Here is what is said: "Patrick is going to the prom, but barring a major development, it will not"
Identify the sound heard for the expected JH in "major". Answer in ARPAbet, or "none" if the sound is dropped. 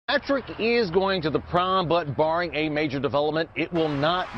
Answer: JH